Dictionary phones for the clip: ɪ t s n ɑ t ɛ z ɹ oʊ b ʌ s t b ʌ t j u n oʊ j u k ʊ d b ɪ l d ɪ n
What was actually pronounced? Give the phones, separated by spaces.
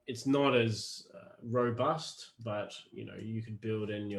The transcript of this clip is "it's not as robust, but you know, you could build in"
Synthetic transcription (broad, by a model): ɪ t s n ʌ t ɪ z ɹ oʊ b ʌ s t b ʌ t j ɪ n oʊ j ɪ k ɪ d b ɪ l d ɪ n